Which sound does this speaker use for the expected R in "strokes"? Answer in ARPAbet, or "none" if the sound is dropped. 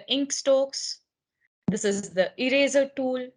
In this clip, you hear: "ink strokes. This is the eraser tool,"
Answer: none